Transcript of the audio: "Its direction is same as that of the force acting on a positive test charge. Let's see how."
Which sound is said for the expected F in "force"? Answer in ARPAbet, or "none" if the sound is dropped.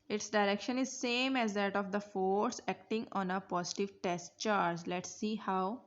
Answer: F